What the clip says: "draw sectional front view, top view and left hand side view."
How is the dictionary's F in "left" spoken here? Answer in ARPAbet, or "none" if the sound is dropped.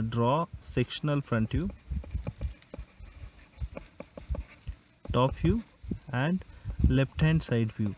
P